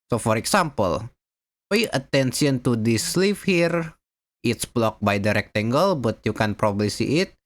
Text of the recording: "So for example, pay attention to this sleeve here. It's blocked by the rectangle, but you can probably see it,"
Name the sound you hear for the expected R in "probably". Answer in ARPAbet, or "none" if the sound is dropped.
R